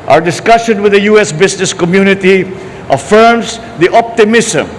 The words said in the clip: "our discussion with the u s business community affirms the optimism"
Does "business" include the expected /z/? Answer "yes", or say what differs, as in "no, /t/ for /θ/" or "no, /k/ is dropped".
no, /s/ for /z/